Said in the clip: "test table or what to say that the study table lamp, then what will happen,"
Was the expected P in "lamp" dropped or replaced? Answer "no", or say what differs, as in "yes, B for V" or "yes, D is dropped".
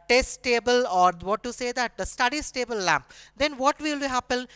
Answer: no